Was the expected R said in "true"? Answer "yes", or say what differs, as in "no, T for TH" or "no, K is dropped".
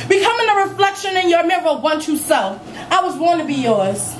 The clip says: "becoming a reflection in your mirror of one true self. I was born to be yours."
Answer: no, R is dropped